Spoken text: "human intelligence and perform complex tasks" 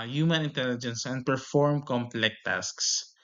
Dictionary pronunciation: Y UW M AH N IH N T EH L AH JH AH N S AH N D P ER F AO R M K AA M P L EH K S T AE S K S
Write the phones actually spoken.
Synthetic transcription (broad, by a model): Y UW M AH N IH N T EH L AH JH AH N S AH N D P ER F AO R M K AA M P L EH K T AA S K S